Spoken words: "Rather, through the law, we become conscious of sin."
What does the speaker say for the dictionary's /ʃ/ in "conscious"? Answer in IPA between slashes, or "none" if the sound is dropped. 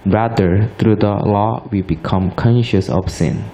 /ʃ/